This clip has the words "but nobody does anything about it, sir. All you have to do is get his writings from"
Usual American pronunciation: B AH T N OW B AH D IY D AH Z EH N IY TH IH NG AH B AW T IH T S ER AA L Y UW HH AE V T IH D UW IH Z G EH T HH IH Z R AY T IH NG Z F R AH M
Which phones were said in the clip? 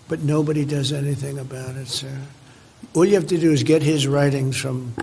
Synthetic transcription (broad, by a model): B AH T N OW B AH D IY D AH Z EH N IY TH IH NG AH B AW T IH T S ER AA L Y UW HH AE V T IH D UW IH Z G EH T HH IH Z R AY T IH NG Z F R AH M